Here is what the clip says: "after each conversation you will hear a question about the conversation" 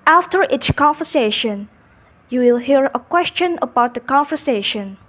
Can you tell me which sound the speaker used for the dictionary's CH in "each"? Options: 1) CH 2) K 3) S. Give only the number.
3